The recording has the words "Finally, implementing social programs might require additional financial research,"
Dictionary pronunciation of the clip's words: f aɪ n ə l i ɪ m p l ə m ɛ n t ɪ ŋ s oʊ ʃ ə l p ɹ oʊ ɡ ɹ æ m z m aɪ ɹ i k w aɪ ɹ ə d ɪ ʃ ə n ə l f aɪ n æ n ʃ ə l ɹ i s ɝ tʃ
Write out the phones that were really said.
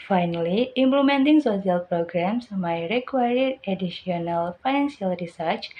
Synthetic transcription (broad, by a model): f aɪ n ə l i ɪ m p l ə m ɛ n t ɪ ŋ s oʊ s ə l p ɹ oʊ ɡ ɹ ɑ m s m aɪ ɹ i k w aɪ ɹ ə d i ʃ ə n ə l f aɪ n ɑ n s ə l ɹ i s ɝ tʃ